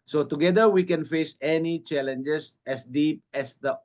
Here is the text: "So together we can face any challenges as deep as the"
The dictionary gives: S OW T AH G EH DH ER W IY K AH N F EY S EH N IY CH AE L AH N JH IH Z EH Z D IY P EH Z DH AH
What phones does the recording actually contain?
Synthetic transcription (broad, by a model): S OW T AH G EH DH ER W IY K AH N F EY S EH N IY CH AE L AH N JH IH S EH S D IY P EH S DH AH